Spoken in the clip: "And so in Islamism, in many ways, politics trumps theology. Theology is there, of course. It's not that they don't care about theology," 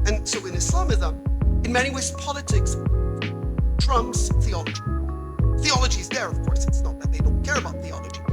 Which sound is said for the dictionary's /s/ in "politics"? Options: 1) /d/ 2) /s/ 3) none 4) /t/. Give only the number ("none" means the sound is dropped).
2